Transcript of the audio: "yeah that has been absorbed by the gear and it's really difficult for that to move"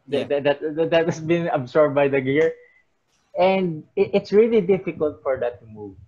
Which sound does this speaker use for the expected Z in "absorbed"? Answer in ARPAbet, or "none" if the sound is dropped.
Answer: S